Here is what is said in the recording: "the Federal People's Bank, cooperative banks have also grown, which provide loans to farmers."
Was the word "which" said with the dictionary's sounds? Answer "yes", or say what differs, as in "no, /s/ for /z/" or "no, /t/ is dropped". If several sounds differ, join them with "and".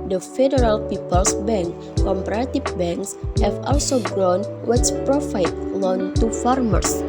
no, /s/ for /tʃ/